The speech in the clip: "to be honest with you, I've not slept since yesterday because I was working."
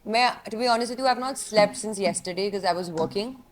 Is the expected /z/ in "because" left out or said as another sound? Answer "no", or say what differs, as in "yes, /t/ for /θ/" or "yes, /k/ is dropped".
no